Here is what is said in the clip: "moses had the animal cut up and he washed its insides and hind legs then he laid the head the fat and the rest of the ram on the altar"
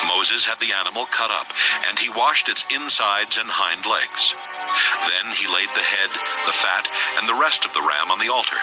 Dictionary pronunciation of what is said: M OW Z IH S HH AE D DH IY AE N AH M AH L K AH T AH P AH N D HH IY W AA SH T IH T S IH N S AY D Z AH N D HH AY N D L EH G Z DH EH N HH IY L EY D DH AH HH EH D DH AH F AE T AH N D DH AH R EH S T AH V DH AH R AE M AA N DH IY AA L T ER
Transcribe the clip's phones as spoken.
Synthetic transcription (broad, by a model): M OW Z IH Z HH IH D DH IY AE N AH M L K AH T AH P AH N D IY W AA SH T IH T S IH N S AY D Z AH N HH AY N D L EH G Z DH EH N IY L EY D DH AH HH EH D DH AH F AE T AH N DH AH R EH S T AH V DH AH R AE M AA N DH IY AA L T ER